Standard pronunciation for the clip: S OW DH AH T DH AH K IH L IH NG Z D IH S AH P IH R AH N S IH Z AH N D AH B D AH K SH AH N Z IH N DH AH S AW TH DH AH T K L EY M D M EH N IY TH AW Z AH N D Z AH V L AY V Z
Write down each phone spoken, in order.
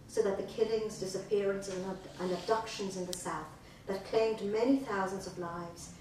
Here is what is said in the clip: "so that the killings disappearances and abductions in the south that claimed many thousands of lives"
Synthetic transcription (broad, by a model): S OW DH AH T DH AH K IH L IH NG Z D IH S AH P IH R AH N S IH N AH N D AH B D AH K SH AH N Z IH N DH AH S AW TH DH AH T K L EY M D M EH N IY TH AW Z AH N D Z AH V L AY V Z